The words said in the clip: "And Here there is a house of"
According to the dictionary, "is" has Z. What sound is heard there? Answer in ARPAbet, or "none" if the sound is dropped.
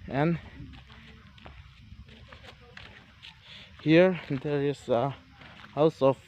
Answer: S